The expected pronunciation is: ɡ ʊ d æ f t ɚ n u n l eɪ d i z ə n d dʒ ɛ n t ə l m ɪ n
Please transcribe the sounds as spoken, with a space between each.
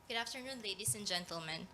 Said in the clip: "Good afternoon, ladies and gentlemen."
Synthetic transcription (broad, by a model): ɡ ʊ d æ f t ɚ n u n l eɪ d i s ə n dʒ ɛ n t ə l m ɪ n